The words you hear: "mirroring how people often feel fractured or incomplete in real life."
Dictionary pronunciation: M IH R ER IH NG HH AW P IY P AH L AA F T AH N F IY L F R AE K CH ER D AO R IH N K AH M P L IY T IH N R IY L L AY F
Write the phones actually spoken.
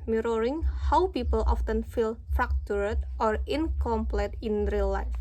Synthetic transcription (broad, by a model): M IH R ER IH NG HH AW P IY P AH L AA F T AH N F IY L F R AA K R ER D AO R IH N K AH M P L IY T IH N R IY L L AY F